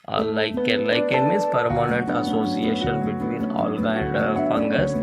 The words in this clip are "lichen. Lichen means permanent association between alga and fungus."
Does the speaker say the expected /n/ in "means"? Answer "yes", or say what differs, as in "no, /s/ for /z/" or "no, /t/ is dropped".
no, /n/ is dropped